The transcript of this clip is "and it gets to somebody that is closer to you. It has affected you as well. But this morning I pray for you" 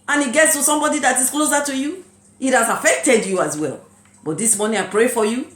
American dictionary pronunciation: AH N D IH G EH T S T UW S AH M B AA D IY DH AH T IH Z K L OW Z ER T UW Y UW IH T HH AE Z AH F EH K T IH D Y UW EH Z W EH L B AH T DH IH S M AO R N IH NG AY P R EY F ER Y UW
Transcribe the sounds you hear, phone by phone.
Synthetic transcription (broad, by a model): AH N IH G EH T S T UW S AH M B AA D IY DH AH T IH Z K L OW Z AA T UW Y UW IH T HH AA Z AH F EH K T IH D Y UW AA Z W EH L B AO T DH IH S M AO N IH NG AY P R EY F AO Y UW